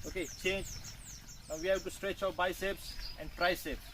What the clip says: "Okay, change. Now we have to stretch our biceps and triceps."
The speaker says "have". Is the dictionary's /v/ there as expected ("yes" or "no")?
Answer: no